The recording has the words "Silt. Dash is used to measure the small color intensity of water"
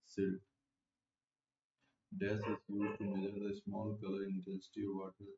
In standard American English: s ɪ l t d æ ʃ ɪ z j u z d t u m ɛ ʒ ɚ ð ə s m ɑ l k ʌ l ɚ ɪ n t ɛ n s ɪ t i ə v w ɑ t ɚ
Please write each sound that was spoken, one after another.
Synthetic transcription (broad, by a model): s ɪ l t d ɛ s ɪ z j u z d t u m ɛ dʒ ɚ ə s m ɑ l k ʌ l ɚ ɪ n t ɛ n s ɪ t i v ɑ t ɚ